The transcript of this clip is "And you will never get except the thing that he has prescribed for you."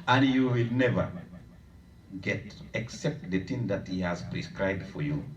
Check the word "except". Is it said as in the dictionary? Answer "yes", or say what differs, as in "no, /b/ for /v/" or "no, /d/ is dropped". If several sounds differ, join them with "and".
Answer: yes